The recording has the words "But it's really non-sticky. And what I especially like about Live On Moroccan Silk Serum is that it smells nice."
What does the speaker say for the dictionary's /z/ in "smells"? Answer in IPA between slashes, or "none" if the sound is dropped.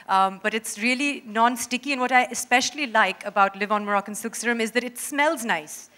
/z/